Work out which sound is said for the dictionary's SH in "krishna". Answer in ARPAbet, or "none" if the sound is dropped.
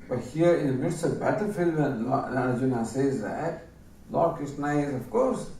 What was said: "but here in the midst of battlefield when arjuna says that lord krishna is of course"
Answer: S